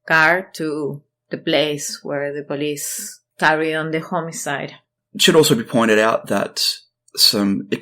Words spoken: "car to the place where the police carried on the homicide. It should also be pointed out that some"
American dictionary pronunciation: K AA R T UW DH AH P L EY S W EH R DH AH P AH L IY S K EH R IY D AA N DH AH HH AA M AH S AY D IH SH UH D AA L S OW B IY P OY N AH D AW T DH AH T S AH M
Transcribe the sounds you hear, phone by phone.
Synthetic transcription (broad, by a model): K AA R T UW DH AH P L EY S W EH R DH AH P AH L IY S K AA R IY AA N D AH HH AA M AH S AY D SH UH D AA L S OW B IY P OY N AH D AW T DH AH T S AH M